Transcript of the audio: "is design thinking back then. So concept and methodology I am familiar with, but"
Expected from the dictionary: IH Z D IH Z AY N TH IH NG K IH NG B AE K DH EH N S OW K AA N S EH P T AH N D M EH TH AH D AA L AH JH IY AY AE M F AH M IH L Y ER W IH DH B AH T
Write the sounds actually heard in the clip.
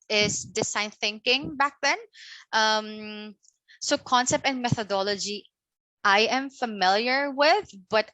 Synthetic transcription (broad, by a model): IH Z D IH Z AY N TH IH NG K IH NG B AE K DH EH N S OW K AA N S EH P T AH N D M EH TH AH D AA L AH JH IY AY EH M F AH M IH L Y ER W IH DH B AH T